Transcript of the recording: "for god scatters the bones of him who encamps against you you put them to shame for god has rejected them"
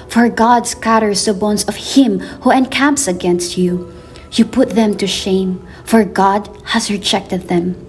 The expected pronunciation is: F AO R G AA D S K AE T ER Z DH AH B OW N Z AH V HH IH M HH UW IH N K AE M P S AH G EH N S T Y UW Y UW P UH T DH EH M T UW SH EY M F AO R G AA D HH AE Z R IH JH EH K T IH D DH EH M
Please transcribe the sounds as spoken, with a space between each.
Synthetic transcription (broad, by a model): F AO R G AA D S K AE T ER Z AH B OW N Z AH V HH IH M HH UW IH N K AE M P S AH G EH N S T Y UW Y UW P UH T DH EH M T UW SH EY M F AO R G AA D HH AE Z R IH JH EH K T IH D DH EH M